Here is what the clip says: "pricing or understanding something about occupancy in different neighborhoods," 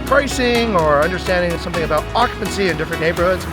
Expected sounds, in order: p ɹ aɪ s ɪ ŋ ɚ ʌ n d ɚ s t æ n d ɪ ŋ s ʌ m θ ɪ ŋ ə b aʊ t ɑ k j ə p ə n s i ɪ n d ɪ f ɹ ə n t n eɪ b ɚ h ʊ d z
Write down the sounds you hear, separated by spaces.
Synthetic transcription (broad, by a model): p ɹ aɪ s ɪ ŋ ɚ ʌ n d ɚ s t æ n d ɪ ŋ s ʌ m θ ɪ ŋ ə b aʊ t ɑ k j ə p ə n s i ɪ n d ɪ f ɹ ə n n eɪ b ɚ h ʊ d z